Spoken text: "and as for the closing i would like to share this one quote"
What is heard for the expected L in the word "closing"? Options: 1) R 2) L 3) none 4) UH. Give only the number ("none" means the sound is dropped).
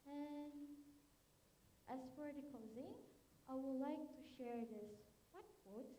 3